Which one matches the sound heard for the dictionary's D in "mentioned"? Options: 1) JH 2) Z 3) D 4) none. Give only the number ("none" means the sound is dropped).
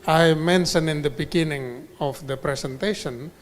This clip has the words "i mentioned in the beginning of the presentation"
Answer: 4